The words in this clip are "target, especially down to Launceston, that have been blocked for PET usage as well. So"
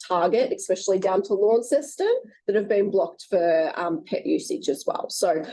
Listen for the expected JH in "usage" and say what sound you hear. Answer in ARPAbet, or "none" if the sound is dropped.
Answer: CH